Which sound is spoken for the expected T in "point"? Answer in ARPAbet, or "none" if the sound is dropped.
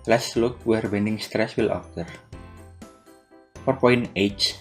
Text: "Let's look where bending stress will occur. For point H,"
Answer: none